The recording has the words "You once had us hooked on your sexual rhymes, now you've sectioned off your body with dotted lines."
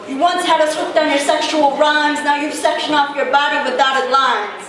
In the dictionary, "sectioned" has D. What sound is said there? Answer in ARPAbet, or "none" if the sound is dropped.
none